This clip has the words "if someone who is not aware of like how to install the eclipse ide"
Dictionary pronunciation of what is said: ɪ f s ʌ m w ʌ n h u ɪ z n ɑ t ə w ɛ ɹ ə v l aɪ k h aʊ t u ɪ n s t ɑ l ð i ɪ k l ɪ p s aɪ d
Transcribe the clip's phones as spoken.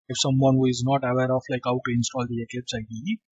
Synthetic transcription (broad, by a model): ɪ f s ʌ m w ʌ n h u ɪ z n ɑ t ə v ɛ ɹ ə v l aɪ k h aʊ t u ɪ n s t ɑ l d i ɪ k ɪ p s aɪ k